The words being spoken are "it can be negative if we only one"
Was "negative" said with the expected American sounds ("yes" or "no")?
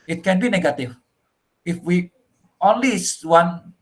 no